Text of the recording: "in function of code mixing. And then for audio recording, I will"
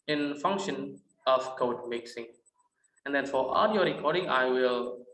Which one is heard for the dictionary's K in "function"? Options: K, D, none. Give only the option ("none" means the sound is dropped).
K